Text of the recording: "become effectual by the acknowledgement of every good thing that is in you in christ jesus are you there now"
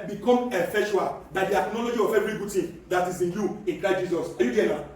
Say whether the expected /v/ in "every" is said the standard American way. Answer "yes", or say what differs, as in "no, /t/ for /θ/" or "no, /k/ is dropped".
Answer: no, /v/ is dropped